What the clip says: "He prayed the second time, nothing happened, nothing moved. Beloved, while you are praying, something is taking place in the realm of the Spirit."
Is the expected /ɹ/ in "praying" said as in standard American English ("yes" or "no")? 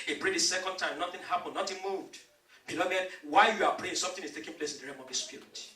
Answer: no